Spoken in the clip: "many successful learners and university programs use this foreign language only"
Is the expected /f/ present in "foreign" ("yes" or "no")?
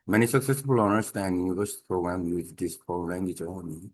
no